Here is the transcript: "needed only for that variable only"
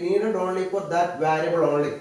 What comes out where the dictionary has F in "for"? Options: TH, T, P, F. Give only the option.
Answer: P